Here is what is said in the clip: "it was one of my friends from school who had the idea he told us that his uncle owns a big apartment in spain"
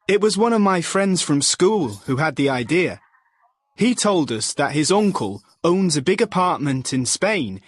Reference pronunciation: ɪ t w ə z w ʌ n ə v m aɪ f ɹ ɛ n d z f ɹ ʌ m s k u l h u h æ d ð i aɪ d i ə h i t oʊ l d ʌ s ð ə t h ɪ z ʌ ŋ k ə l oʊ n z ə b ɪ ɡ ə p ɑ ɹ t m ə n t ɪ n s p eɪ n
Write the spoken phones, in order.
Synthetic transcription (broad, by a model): ɪ t w ə z w ʌ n ə v m aɪ f ɹ ɛ n d z f ɹ ʌ m s k u l h u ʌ d ð i aɪ d i ə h i t oʊ l d ʌ s ð ə t h ɪ z ʌ ŋ k ə l oʊ n z ə b ɪ ɡ ə p ɑ ɹ t m ə n t ɪ n s p eɪ n